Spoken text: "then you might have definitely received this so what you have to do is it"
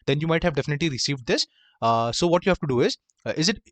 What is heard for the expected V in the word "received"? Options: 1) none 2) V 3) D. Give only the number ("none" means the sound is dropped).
2